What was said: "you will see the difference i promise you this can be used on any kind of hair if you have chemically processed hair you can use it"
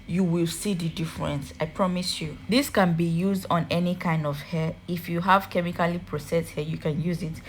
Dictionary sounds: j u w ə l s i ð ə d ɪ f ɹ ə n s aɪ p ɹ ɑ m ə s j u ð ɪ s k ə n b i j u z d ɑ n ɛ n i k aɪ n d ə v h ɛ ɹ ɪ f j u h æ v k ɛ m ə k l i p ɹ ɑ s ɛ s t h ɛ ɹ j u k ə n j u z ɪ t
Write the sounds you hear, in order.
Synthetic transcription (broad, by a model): j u w ə l s i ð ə d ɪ f ɹ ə n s aɪ p ɹ ɑ m ə s j u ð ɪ s k ə n b i j u z d ɑ n ɛ n i k aɪ n d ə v h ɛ ɪ f j u h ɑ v k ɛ m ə k l i p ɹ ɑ s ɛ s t h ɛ j u k ə n j u z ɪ t